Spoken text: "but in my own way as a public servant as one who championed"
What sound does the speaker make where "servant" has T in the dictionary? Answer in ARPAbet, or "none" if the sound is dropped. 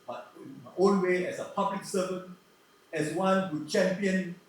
none